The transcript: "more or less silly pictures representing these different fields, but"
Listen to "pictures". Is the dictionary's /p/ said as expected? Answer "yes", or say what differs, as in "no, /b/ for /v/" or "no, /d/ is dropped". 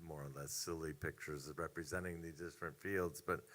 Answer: yes